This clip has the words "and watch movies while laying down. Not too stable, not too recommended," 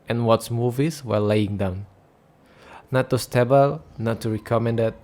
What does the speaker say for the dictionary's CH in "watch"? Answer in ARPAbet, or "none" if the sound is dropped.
S